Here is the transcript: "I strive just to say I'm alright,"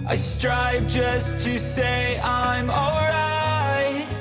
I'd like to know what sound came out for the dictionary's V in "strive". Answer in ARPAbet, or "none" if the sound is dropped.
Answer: V